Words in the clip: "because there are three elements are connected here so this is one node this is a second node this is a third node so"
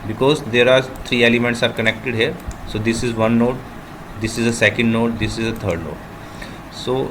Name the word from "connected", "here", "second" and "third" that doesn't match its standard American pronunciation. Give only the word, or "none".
third